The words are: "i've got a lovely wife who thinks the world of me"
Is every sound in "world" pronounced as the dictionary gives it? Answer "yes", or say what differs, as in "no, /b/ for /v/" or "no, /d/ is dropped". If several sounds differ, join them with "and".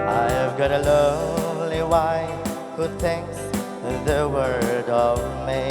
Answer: no, /l/ is dropped